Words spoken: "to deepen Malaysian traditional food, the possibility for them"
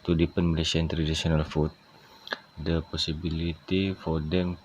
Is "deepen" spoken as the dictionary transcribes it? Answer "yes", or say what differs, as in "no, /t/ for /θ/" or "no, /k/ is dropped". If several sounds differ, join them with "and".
yes